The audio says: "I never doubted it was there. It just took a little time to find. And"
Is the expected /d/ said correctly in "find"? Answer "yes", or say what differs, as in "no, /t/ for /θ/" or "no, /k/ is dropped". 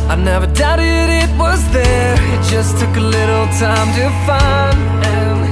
no, /d/ is dropped